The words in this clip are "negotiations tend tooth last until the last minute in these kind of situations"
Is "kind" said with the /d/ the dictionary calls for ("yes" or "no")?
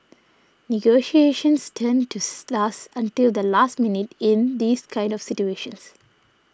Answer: yes